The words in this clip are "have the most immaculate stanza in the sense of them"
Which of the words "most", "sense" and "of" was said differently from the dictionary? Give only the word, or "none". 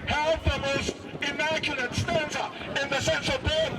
none